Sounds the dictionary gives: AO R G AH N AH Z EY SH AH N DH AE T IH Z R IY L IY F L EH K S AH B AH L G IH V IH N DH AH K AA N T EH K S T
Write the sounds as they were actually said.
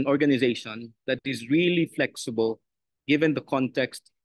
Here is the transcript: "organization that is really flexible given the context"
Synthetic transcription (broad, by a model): AO R G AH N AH Z EY SH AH N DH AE T IH Z R IY L IY F L EH K S AH B AH L G IH V IH N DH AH K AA N T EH K S T